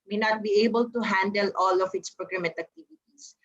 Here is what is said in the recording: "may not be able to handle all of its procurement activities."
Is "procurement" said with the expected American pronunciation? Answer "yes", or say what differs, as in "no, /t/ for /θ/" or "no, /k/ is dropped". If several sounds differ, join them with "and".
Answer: no, /n/ is dropped